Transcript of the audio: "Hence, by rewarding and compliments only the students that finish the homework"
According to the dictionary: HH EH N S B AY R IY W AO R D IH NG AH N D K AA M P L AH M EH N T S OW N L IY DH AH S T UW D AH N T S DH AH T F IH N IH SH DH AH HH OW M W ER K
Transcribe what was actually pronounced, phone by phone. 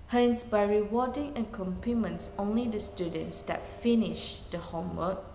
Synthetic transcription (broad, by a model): HH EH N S B AY R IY W AO D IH NG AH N K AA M P AH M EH N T S OW N L IY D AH S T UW D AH N T S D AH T F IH N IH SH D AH HH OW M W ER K